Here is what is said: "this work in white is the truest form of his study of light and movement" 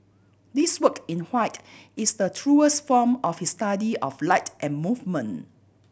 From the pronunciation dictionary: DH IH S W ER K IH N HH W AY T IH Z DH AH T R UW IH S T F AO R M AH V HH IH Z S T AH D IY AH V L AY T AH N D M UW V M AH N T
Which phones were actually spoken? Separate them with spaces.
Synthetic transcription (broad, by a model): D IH S W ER K IH N HH W AY T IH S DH AH T R UW IH S T F AO M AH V HH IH S T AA D IY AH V L AY T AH N M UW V M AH N